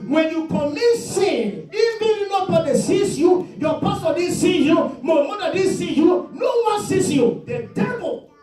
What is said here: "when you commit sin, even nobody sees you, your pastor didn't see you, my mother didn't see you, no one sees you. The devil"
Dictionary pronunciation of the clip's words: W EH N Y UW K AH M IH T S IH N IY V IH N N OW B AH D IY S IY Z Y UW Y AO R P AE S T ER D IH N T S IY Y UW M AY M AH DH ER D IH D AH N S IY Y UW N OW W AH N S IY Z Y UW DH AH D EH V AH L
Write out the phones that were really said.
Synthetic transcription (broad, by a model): W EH N Y UW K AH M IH S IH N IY B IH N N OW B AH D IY S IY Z Y UW Y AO P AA S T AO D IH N S IY Y UW M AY M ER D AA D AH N S IY Y UW N OW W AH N S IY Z Y UW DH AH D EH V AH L